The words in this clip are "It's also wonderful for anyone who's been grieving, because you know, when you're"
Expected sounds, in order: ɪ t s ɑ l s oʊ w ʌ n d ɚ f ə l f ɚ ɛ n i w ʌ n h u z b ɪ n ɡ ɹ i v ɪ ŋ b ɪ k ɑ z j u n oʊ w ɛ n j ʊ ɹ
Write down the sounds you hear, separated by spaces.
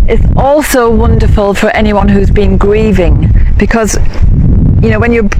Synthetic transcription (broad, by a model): ɪ t s ɑ l s oʊ w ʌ n d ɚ f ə l f ɚ ɛ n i w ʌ n h u z b ɪ n ɡ ɹ i v ɪ ŋ b ɪ k ɑ z j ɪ n oʊ w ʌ n j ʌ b